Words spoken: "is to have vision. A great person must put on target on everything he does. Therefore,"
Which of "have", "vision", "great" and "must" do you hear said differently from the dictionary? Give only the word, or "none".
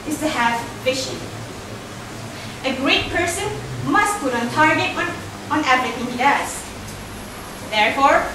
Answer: vision